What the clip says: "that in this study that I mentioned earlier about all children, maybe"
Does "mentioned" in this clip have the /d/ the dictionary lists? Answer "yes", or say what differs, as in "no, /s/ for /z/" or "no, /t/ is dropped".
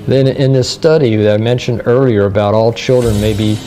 yes